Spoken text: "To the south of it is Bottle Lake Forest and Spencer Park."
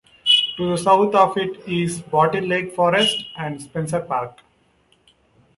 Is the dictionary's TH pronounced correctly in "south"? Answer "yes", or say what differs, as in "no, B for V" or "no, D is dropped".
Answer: no, T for TH